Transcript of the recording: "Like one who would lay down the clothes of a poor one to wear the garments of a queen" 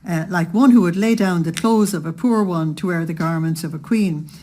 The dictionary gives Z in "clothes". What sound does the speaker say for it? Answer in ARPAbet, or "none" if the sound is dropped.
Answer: Z